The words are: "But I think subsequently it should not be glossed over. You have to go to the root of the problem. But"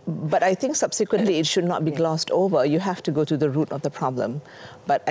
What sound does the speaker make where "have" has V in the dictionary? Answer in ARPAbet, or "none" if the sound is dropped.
F